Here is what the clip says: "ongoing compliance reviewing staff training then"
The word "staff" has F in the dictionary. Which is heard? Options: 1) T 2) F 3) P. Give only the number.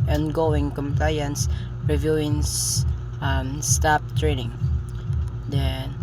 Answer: 3